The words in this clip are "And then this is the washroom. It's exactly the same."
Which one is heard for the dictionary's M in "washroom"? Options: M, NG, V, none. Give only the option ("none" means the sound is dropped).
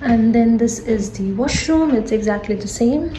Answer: M